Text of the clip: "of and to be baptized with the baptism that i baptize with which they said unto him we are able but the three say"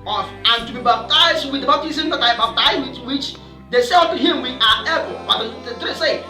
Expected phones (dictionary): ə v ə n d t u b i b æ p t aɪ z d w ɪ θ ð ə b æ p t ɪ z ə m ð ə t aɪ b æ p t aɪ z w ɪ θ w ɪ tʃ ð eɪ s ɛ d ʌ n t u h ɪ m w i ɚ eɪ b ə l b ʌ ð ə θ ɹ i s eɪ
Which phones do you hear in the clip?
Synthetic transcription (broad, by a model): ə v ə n t u b i b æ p t aɪ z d w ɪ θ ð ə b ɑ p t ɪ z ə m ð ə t aɪ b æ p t aɪ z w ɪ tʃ w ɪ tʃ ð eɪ s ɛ ʌ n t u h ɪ m w i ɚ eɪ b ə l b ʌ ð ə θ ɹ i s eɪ